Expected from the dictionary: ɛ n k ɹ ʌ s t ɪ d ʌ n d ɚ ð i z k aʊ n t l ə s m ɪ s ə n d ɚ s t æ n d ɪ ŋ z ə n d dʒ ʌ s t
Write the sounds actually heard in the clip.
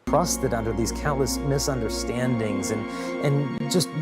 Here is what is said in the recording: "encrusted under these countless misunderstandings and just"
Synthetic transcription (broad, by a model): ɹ ʌ s t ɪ d ʌ n d ɚ ð i z k aʊ n t l ə s m ɪ s ə n d ɚ s t æ n d ɪ ŋ z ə n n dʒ ʌ s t